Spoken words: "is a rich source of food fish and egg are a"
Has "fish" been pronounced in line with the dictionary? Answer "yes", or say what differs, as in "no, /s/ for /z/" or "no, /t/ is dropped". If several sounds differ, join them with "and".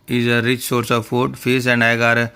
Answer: no, /s/ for /ʃ/